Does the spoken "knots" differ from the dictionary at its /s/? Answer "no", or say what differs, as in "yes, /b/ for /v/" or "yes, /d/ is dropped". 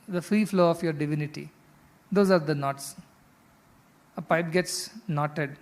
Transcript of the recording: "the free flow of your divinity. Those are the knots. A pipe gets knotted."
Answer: no